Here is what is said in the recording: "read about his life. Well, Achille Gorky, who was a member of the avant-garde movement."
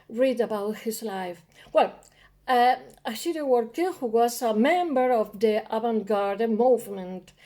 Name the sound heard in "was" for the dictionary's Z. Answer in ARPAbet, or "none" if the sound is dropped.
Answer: S